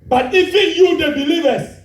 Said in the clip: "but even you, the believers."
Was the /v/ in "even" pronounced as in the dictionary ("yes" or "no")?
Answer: no